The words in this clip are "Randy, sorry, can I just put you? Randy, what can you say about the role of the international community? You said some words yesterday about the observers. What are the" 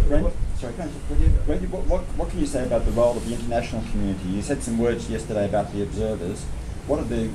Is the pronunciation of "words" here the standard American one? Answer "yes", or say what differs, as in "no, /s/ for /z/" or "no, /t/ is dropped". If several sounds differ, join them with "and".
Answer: yes